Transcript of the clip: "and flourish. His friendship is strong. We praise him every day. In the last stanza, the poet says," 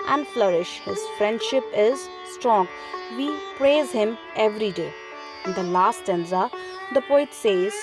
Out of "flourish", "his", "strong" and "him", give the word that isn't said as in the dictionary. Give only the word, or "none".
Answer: none